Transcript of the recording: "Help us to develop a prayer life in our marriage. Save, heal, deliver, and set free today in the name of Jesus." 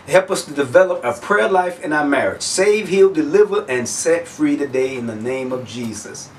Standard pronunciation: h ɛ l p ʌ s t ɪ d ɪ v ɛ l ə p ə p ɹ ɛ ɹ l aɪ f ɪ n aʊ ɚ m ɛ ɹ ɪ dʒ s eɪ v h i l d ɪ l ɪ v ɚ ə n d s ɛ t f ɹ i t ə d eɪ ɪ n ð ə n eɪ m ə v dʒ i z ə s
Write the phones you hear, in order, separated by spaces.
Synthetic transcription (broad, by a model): h ɛ l p ʌ s t ɪ d ɪ v ɛ l ə p ə p ɹ ɛ ɹ l aɪ f ɪ n aʊ ɚ m ɛ ɹ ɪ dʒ s eɪ v h i l d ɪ l ɪ v ɚ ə n s ɛ t f ɹ i t ə d eɪ ɪ n ð ə n eɪ m ə v dʒ i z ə s